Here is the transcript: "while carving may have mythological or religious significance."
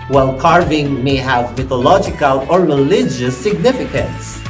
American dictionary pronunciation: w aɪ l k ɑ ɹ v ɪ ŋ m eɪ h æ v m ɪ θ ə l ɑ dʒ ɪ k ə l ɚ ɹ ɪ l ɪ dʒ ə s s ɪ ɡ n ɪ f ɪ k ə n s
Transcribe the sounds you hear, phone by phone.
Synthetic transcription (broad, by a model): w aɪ l k ɑ ɹ v ɪ ŋ m eɪ h æ v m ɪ t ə l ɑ dʒ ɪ k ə l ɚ ɹ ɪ l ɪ dʒ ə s s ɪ ɡ n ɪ f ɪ k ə n s